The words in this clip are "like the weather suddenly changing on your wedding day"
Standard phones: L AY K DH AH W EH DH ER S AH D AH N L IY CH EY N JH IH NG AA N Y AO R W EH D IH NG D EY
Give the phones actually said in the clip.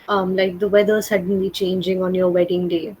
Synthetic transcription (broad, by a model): L AY K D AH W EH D ER S AH D AH N L IY CH EY N JH IH NG AA N Y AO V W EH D IH NG D EY